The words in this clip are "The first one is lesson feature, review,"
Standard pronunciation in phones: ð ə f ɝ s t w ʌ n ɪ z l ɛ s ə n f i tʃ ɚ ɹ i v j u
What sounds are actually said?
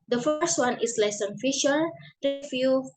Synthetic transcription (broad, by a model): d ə f ɝ s t w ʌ n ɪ s l ɛ s ə n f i ʃ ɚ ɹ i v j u